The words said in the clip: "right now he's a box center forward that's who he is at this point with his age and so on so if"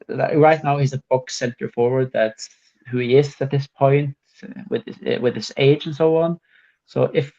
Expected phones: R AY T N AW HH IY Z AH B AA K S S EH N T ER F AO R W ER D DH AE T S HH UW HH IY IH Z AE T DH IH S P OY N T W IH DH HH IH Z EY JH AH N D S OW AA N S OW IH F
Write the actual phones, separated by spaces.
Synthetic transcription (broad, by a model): R AY T N AW HH IY Z AH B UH K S S EH N T ER F AO R W ER D DH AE T S HH UW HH IY IH Z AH T DH IH S P OY N T W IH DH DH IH S EY JH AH N S OW AA N S OW IH F